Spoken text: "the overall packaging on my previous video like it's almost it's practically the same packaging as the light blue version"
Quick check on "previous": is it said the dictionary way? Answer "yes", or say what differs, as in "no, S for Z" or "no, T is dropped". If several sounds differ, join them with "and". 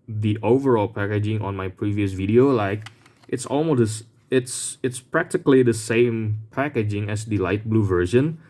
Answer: yes